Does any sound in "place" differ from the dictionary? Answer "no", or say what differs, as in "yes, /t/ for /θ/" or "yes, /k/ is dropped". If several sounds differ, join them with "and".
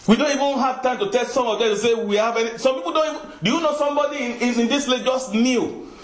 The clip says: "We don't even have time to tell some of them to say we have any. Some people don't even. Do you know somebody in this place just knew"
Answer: yes, /s/ is dropped